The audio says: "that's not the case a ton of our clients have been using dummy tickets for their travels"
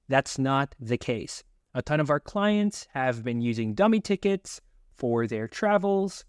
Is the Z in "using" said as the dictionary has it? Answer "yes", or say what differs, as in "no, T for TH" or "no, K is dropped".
yes